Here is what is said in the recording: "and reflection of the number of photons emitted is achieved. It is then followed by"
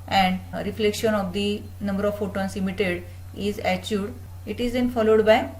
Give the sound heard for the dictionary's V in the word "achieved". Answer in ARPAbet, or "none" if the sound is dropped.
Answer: none